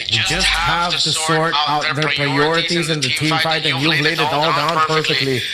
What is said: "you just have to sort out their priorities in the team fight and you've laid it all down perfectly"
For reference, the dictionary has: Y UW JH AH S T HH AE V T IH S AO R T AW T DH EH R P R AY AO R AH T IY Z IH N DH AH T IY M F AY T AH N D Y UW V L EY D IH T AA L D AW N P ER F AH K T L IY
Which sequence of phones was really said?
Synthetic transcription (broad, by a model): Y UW JH AH S T HH AE V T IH S AO R T AW T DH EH R P R AY AO R AH T IY Z IH N DH AH T IY M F AY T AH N Y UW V L EY D IH T AA L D AW N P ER F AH K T L IY